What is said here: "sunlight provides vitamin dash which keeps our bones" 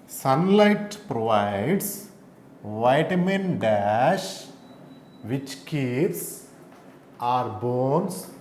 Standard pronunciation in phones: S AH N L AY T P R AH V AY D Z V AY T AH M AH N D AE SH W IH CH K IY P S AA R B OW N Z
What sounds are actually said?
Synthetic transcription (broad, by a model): S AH N L AY T P R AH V AY D S V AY T M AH N D AE SH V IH CH K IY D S AA R B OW N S